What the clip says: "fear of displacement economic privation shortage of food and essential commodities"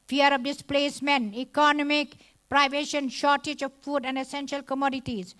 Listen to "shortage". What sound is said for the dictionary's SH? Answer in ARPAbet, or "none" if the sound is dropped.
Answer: SH